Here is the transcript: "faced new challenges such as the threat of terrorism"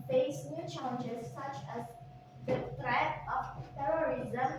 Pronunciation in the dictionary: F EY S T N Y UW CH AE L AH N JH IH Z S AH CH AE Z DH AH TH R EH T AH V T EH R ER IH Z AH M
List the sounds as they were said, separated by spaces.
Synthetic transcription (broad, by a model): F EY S N Y UW CH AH N JH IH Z S AH CH AE Z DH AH T R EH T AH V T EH R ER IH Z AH M